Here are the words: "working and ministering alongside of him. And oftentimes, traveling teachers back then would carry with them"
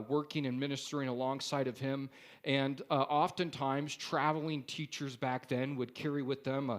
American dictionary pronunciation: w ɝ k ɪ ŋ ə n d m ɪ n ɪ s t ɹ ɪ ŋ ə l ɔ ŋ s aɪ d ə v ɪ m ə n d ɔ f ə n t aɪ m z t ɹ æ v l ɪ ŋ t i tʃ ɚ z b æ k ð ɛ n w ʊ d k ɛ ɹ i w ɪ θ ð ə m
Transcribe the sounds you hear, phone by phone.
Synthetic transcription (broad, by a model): w ɝ k ɪ ŋ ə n m ɪ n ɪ s t ɹ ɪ ŋ ə l ɔ ŋ s aɪ d ə v ɪ m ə n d ɔ f ə n t aɪ m z t ɹ æ v l ɪ ŋ t i tʃ ɚ z b æ k ð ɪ n w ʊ d k ɛ ɹ i w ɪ ð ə m